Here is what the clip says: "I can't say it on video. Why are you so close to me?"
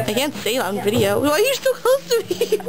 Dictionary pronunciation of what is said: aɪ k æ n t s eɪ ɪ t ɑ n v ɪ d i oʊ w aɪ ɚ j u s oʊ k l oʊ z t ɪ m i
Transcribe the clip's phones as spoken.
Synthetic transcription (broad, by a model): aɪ k æ n t s eɪ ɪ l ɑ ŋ v ɪ d i oʊ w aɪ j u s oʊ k oʊ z t ɪ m i